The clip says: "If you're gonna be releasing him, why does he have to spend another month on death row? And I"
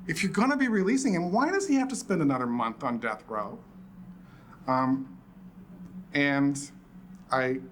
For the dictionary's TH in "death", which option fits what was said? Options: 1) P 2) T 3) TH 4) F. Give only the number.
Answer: 3